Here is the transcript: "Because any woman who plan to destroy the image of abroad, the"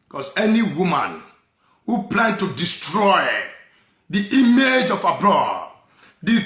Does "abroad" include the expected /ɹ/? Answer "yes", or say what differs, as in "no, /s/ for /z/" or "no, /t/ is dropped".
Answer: no, /l/ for /ɹ/